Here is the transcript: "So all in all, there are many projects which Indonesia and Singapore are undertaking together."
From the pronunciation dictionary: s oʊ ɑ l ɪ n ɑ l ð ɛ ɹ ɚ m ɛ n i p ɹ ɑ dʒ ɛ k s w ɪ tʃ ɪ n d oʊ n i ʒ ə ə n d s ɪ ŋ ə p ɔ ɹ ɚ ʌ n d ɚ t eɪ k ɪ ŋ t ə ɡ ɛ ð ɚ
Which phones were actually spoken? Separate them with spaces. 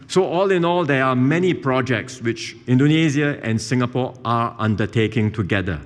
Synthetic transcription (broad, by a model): s oʊ ɑ l ɪ n ɑ l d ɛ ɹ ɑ m ɛ n i p ɹ ɑ dʒ ɛ k s w ɪ tʃ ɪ n d oʊ n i z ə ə n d s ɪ ŋ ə p ɔ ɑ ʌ n d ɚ t eɪ k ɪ ŋ t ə ɡ ɛ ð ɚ